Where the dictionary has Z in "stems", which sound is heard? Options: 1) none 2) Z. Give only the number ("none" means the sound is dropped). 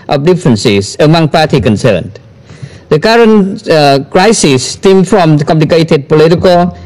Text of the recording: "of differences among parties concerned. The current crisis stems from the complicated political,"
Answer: 1